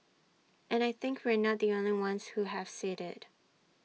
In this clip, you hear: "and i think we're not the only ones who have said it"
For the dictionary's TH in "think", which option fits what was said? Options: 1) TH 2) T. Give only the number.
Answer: 1